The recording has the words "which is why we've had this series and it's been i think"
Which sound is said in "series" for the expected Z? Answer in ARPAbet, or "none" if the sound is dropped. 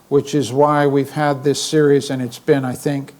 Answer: Z